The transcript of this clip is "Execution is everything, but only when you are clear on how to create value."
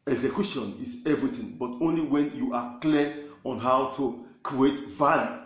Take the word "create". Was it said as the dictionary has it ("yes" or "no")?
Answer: yes